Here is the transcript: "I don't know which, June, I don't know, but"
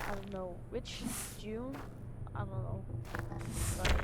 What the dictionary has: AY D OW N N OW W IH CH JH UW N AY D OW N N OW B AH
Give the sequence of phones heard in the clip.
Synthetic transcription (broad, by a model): AY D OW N N OW W IH CH Z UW AY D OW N N OW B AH